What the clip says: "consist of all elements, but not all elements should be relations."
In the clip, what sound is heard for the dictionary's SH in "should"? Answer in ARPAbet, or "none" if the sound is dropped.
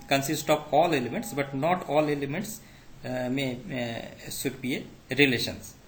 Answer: S